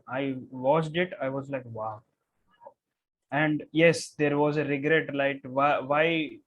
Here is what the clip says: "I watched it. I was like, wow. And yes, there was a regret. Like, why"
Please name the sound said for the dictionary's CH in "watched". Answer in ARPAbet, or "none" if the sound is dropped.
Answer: S